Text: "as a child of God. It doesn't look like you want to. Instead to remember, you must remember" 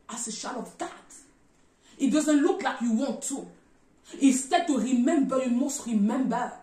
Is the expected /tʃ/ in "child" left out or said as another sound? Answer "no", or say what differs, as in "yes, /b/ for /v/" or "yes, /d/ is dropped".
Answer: yes, /ʃ/ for /tʃ/